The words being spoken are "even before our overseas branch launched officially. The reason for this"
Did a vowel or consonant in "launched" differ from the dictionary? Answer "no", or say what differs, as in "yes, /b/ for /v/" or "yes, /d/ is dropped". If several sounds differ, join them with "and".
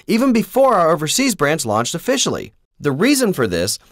no